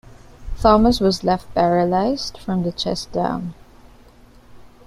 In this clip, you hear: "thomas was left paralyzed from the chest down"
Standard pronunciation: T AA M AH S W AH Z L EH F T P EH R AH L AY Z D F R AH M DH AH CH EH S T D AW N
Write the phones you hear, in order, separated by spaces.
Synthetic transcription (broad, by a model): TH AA M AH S W AH Z L EH F T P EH R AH L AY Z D F R AH M DH AH CH EH S D AW N